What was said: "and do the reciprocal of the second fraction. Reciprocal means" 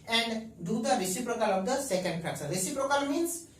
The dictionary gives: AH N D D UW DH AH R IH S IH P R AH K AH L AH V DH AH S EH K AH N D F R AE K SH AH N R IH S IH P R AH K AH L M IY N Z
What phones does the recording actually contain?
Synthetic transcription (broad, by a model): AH N D D UW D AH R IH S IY P R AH K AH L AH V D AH S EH K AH N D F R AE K S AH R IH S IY P R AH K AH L M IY N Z